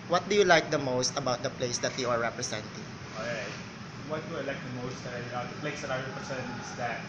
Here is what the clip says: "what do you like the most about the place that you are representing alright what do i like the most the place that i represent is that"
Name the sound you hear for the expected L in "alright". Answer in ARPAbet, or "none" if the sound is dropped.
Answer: none